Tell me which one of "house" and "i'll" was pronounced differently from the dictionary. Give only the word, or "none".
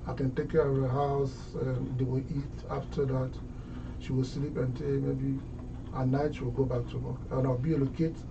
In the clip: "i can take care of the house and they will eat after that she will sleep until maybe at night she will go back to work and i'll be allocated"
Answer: i'll